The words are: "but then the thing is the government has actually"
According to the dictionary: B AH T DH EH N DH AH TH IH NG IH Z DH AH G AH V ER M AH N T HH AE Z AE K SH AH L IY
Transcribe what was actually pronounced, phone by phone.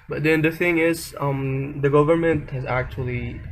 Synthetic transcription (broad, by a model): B AH T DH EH N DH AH TH IH NG IH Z DH AH G AH V ER M AH N T HH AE Z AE K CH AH L IY